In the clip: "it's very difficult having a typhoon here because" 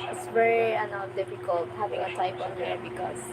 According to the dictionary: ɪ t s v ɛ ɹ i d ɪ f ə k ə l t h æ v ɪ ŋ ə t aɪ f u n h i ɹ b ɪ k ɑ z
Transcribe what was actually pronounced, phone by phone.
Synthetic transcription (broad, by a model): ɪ t s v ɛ ɹ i d ɪ f ə k ə l t h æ v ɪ ŋ ə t aɪ p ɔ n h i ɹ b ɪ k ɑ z